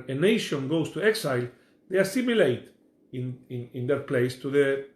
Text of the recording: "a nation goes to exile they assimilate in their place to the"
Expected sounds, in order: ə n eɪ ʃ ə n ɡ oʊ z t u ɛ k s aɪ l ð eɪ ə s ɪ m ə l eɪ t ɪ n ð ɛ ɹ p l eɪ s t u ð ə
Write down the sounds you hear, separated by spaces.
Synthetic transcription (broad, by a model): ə n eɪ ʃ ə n ɡ oʊ s t u ɛ k s aɪ l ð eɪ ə s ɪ m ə l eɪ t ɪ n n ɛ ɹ p l eɪ s t u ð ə